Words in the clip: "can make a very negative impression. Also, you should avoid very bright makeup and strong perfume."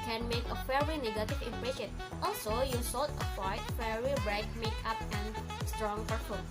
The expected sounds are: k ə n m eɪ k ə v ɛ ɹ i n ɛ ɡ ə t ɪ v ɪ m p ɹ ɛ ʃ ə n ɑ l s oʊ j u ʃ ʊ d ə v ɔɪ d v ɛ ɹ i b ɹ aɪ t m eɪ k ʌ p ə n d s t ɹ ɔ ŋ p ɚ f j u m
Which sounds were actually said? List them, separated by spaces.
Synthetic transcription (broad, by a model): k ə n m eɪ k ə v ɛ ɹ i n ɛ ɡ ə t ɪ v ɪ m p ɹ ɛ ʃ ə n ɑ l s oʊ j u s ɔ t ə w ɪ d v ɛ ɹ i b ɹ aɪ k m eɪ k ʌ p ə n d s t ɹ ɔ ŋ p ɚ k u